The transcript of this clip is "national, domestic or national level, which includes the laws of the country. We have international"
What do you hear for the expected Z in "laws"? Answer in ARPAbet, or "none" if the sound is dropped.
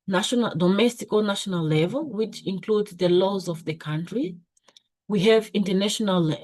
Z